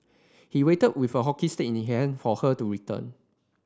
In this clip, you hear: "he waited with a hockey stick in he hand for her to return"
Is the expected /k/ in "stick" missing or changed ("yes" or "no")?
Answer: yes